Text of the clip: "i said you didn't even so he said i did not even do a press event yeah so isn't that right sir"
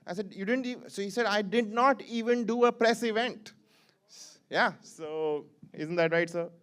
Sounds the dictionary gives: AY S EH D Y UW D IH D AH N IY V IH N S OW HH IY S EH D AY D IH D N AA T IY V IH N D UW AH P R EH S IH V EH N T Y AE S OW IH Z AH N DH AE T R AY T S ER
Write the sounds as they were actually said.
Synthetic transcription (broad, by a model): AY S EH D Y UW D IH D AH N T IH S OW HH IY S EH D AY D IH D N AA T IY V IH N D UW AH P R EH S IH V EH N T Y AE S OW IH Z AH N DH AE T R AY T S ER